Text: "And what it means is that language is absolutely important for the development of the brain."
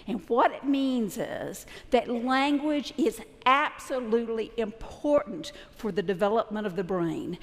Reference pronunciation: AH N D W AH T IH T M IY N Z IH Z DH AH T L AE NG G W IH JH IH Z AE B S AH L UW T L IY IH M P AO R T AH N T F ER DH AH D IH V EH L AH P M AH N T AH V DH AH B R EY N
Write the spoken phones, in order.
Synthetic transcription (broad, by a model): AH N W AH T IH T M IY N Z IH Z DH AH T L AE NG G W IH JH IH Z AE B S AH L UW T L IY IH M P AO R T N T F ER DH AH D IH V EH L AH P M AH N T AH V DH AH B R EY N